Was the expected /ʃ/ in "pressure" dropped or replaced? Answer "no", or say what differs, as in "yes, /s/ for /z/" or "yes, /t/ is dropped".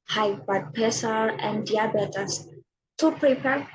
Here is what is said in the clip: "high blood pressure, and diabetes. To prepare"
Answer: yes, /s/ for /ʃ/